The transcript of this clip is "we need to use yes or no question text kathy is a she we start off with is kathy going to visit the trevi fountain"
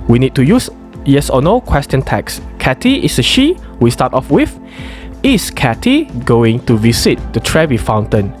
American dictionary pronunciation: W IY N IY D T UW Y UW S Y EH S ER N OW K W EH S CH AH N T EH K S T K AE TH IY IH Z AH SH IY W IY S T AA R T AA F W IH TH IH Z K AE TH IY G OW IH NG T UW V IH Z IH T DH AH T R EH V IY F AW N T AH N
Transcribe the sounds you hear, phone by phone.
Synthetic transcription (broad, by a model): W IY N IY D T UW Y UW S Y EH S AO N OW K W EH S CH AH N T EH K S K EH T IY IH S AH SH IY W IY S T AA T AA F W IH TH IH S K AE T IY G OW IH NG T UW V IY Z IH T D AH T R EH V IY F AW N T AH N